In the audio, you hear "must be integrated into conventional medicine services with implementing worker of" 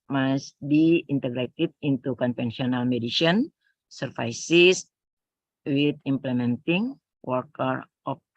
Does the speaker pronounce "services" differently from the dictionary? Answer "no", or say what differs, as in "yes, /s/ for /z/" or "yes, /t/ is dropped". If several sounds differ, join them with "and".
yes, /f/ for /v/ and /s/ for /z/